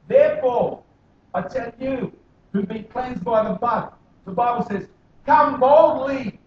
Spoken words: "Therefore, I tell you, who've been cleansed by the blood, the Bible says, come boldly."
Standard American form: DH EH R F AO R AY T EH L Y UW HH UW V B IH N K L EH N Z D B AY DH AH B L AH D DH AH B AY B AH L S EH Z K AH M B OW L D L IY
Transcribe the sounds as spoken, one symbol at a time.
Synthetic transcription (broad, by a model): DH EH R F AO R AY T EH N Y UW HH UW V B IH N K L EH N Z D B AY DH AH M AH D DH AH B AY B L S EH Z K AH M B OW L D L IY